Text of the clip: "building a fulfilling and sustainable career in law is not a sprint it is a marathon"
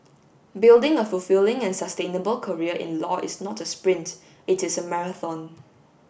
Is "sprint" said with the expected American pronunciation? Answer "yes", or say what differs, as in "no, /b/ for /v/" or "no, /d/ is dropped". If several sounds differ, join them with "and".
yes